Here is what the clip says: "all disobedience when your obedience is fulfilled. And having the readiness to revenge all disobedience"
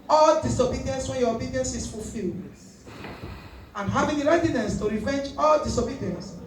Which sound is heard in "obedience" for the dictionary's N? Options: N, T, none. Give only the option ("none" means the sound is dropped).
N